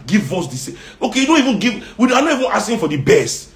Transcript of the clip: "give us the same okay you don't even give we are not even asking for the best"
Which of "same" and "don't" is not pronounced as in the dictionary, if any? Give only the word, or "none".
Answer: same